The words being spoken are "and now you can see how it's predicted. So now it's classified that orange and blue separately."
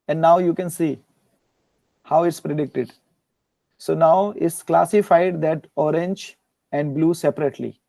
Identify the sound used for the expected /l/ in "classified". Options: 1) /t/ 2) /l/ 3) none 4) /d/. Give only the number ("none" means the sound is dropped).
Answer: 2